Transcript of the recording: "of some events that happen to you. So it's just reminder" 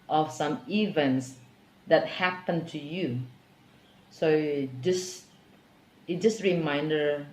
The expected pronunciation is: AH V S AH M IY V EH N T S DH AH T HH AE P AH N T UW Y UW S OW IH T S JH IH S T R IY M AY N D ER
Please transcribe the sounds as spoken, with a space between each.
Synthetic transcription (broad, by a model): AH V S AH M IY V EH N T S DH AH T HH AE P AH N T UW Y UW S OW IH S JH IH S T R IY M AY N D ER